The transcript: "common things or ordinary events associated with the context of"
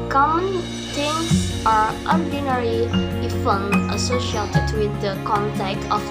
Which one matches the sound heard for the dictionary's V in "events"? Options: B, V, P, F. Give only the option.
F